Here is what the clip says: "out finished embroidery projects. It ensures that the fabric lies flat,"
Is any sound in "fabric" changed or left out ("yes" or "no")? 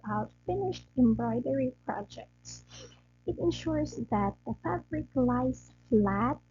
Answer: no